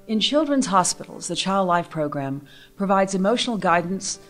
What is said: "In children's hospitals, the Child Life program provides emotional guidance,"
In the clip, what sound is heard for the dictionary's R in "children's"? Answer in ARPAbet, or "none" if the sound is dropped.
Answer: R